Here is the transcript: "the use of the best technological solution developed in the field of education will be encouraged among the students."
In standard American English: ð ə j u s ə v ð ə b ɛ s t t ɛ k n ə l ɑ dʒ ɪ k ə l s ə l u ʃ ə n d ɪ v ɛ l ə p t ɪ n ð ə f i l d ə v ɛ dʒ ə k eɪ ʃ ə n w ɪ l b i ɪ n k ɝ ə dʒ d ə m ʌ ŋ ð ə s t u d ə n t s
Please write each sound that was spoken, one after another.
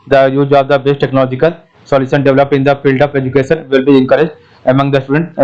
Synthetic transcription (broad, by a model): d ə j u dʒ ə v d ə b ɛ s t t ɛ k n ə l ɑ dʒ ɪ k ə l s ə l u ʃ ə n d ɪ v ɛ l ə p ɪ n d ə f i l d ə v ɛ dʒ ə k eɪ ʃ ə n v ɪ l b i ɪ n k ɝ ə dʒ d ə m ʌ ŋ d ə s t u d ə n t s